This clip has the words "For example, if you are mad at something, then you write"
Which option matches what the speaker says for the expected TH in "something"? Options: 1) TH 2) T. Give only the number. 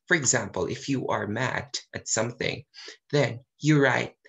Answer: 1